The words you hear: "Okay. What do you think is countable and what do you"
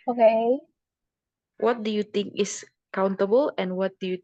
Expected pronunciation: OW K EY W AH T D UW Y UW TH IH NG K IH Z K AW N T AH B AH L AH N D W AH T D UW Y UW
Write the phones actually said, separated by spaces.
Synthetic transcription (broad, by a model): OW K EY W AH T D UW Y UW T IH NG K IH S K AW N T AH B AH L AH N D W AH T D UW Y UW